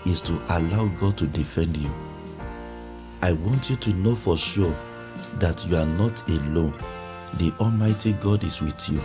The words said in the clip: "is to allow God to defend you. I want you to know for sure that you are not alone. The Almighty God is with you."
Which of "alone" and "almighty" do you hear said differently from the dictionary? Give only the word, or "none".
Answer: none